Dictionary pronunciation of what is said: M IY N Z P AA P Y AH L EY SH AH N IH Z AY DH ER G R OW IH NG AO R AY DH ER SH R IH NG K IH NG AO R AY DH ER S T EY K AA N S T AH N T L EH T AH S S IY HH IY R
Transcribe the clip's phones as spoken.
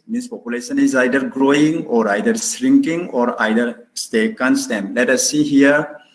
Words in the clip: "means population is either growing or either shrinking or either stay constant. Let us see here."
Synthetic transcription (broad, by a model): M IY N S P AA P Y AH L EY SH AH N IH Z AY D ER G R OW IH NG AO R AY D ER S R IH NG K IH NG AO R AY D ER S T EY K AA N S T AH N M L EH T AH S S IY HH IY R